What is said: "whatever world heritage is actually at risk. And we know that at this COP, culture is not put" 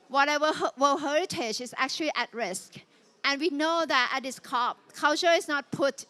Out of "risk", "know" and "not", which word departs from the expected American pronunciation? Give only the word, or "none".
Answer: none